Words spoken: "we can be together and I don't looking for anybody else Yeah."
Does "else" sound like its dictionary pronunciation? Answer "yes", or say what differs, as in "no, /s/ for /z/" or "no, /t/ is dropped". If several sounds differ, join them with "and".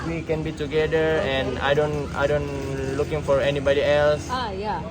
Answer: yes